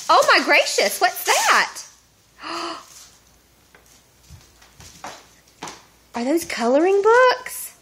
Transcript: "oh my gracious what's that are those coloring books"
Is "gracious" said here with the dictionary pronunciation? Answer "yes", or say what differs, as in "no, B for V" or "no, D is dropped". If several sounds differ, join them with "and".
yes